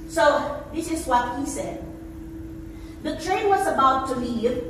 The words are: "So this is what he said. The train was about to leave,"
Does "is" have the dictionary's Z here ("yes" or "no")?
yes